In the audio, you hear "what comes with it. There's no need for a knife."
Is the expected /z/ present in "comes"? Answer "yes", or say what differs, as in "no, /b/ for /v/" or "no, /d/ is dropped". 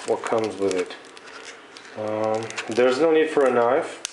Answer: yes